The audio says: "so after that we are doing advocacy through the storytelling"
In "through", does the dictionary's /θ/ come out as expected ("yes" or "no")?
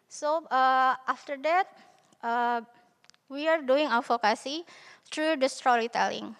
no